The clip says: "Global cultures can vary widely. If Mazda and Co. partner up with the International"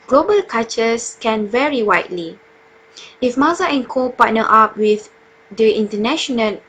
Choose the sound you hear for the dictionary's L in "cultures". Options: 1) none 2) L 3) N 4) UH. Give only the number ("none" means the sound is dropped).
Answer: 1